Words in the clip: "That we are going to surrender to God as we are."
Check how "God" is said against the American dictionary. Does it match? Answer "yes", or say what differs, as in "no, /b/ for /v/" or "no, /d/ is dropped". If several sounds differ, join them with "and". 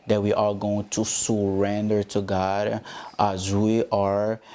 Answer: yes